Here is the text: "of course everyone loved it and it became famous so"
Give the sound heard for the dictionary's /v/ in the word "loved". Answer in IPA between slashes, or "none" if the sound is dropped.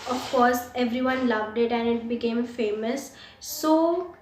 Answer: /v/